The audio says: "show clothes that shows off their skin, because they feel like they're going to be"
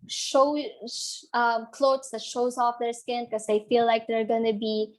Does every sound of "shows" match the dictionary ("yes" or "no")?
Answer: yes